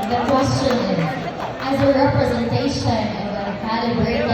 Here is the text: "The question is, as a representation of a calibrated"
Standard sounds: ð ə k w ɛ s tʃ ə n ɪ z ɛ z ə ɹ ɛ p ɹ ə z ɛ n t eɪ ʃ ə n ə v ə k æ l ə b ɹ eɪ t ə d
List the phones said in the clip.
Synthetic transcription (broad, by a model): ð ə k w ɛ s tʃ ə n ɪ z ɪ z ə ɹ ɛ p ɹ ə z ɛ n t eɪ ʃ ə n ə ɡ ə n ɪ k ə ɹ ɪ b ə